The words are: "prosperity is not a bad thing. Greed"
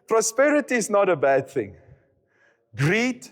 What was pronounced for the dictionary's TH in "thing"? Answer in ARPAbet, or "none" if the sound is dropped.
TH